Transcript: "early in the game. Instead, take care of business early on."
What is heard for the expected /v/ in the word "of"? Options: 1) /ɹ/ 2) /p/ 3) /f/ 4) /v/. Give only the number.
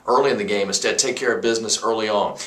4